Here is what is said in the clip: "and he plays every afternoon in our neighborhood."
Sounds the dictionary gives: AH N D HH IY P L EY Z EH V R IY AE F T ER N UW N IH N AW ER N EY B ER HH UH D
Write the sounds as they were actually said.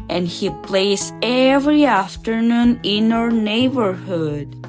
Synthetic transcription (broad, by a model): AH N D HH IY P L EY S EH V R IY AE F T ER N UW N IH N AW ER N EY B ER HH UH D